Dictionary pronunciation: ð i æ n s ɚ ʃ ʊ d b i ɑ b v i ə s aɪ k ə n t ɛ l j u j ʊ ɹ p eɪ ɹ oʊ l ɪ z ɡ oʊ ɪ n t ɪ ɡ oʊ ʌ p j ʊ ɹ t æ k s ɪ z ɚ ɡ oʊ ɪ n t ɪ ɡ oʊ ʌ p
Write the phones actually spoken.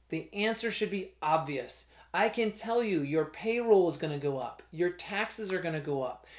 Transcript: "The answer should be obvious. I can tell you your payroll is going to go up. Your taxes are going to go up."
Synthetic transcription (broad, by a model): ð i æ n s ɚ ʃ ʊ d b i ɑ b v i ə s aɪ k ə n t ɛ l j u j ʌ ɹ p eɪ ɹ oʊ l ɪ z ɡ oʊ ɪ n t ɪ ɡ oʊ ʌ p j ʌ ɹ t æ k s ɪ z ɚ ɡ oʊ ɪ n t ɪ ɡ oʊ ʌ p